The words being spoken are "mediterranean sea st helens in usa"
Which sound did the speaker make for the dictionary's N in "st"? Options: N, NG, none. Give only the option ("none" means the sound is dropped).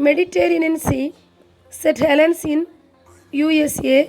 none